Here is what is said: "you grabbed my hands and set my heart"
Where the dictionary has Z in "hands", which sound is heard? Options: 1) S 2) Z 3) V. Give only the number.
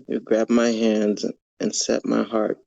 2